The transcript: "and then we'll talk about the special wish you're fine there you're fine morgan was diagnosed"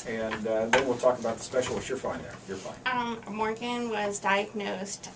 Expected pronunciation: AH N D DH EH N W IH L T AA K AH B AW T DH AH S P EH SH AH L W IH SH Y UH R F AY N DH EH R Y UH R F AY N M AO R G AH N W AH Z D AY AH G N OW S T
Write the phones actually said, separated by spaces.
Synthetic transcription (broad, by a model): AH N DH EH W IH L T AA K AH B AW T DH AH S P EH SH L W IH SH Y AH R F AY N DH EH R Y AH R F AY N M AO R G AH N W AH Z D AY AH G N OW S T